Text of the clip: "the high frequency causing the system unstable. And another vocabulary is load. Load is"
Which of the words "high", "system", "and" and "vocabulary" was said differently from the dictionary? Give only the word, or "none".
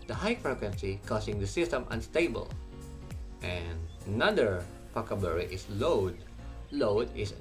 vocabulary